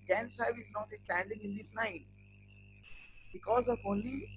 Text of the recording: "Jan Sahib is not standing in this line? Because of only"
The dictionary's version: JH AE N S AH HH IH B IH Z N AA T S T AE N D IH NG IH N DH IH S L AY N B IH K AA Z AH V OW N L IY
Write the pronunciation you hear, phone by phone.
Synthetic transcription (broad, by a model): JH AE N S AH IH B IH Z N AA T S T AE N D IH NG IH N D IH S N AY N B IH K AA Z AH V OW N L IY